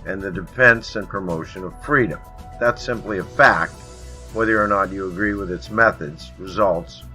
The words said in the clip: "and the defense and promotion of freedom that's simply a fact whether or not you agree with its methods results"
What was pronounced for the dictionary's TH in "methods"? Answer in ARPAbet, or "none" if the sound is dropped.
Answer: TH